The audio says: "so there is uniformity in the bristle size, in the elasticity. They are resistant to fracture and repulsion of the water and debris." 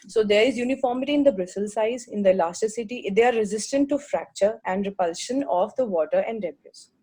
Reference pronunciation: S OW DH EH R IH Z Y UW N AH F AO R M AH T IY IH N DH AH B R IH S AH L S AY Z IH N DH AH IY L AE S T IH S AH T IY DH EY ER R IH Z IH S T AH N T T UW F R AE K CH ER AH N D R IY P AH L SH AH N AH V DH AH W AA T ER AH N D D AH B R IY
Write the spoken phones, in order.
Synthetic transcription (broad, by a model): S OW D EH R IH Z Y UW N AH F AO R M AH T IY IH N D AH B R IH S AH L S AY Z IH N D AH L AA S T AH S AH T IY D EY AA R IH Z IH S T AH N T T UW F R AE K CH ER AH N D R IY P AH L SH AH N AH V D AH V AA T ER AH N D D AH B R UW